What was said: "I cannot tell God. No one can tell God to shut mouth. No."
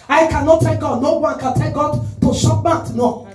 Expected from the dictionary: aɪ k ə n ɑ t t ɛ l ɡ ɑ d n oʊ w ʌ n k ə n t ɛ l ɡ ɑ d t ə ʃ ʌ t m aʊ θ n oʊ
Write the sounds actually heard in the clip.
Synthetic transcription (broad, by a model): aɪ k ə n ɑ t t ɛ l ɡ ɑ d n oʊ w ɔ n k ə n t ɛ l ɡ ɑ d t ə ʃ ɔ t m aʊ t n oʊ